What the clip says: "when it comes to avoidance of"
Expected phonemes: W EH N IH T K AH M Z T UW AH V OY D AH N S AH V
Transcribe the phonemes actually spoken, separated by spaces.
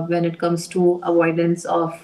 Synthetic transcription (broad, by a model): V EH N IH T K AH M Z T UW AH V OY D AH N S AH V